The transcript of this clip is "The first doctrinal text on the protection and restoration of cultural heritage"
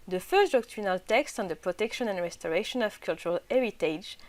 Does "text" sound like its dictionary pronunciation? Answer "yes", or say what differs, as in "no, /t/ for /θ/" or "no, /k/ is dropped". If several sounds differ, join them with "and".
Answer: yes